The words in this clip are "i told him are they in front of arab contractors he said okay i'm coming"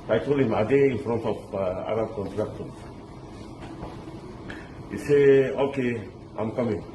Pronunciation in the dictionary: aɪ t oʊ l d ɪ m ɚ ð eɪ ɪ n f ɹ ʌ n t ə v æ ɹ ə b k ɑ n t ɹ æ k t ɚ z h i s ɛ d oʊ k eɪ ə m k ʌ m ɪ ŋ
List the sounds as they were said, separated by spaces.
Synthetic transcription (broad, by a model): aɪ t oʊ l ɪ m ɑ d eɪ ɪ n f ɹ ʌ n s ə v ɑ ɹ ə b k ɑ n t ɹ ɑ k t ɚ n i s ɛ oʊ k eɪ ə m k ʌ m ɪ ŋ